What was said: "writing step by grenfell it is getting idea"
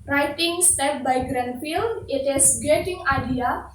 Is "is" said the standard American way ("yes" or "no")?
no